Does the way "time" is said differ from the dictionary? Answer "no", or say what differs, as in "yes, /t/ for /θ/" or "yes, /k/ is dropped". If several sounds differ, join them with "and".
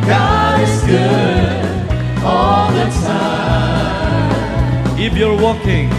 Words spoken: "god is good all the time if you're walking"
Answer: yes, /m/ is dropped